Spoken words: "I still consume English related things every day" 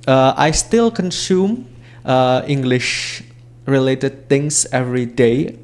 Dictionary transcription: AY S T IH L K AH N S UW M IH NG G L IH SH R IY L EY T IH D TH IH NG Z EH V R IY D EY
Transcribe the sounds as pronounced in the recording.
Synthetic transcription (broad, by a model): AY S T IH L K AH N S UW M IH NG G L IH SH R IY L EY T IH D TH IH NG S EH V R IY D EY